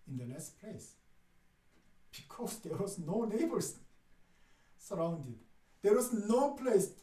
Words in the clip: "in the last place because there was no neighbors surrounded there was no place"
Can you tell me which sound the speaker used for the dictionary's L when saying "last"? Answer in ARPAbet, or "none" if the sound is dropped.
N